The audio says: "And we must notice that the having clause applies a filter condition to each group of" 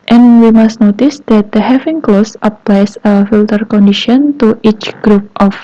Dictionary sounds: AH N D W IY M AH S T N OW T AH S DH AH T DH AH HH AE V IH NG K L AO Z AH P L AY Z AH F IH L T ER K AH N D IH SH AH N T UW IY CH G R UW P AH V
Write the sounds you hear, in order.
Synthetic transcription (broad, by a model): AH N W IY M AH S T N OW T AH S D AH T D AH HH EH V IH NG K L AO S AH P L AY S AH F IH L T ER K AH N D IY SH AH N T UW IY CH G R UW P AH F